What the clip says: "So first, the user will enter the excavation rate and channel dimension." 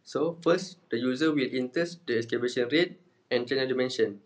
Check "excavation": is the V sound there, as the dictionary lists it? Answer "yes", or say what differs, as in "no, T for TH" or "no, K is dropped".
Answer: no, B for V